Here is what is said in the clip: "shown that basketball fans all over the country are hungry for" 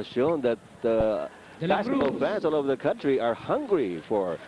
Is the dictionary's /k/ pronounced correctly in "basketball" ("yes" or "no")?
no